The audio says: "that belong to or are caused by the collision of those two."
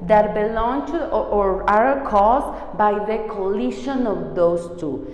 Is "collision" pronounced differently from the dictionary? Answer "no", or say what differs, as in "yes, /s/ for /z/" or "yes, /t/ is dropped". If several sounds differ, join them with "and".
yes, /ʃ/ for /ʒ/